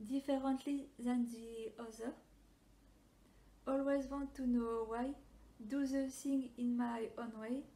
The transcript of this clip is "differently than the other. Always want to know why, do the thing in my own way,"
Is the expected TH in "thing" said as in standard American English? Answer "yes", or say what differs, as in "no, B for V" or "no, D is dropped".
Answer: no, S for TH